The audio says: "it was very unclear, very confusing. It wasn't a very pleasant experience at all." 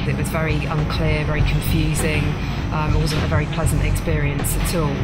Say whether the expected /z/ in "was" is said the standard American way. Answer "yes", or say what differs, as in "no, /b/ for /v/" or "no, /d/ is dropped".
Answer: yes